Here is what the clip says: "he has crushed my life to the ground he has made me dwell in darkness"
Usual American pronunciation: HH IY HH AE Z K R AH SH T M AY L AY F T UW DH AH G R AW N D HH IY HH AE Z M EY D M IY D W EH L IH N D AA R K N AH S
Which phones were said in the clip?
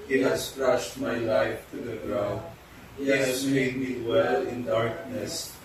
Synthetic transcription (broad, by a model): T HH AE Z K R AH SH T M AY L AY F T UW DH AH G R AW D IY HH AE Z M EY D M IY W EH L IH N D AA R K N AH S